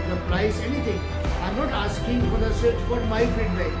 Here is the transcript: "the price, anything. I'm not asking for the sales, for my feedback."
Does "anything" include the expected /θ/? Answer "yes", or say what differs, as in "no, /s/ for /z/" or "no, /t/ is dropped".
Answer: no, /t/ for /θ/